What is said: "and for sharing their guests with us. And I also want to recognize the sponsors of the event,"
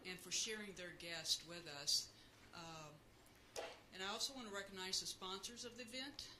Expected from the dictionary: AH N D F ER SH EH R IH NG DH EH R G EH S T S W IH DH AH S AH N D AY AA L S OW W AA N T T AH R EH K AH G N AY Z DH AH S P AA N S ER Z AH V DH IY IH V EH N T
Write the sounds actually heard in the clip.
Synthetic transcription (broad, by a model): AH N F ER SH EH R IH NG DH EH R G EH S T W IH DH AH S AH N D AY AA L S OW W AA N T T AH R EH K AH G N AY Z DH AH S P AA N S ER Z AH V DH IY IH V EH N T